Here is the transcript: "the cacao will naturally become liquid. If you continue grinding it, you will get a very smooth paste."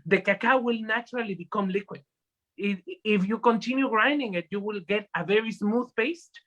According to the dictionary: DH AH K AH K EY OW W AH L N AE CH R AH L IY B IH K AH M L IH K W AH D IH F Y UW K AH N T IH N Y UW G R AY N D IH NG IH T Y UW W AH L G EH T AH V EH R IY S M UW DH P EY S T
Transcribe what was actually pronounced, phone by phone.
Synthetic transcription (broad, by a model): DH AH K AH K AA W AH L N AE CH R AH L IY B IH K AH M L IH K W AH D IH F Y UW K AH N T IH N Y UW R AY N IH NG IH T Y UW W AH L G EH T AH V EH R IY S M UW DH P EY S T